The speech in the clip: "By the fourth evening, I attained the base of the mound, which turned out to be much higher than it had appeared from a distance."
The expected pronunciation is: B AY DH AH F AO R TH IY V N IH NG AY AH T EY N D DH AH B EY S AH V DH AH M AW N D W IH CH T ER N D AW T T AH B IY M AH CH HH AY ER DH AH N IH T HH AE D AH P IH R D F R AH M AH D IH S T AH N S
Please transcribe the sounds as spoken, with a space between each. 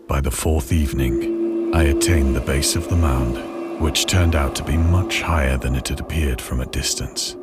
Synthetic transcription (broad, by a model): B AY DH AH F AO R TH IY V N IH NG AY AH T EY N DH AH B EY S AH V DH AH M AW N D W IH CH T ER N D AW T T AH B IY M AH CH HH AY ER DH AH N IH T HH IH D AH P IH R D F R AH M AH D IH S T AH N S